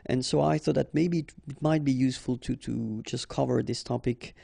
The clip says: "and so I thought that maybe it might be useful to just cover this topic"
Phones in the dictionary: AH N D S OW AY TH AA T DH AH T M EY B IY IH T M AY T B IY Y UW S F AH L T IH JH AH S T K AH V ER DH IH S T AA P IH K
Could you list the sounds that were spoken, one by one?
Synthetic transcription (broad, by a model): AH N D S OW AY TH AA T DH AH T M EY B IY IH T M AY T B IY Y UW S F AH L T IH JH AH S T K AH V ER DH IH S T AA P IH K